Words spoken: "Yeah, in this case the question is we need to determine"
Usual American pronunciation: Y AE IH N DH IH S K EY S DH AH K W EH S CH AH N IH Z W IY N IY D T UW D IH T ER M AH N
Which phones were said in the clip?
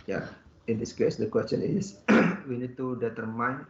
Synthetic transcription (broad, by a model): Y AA IH N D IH S K EY S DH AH K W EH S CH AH N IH S W IY N IY D T UW D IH T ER M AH N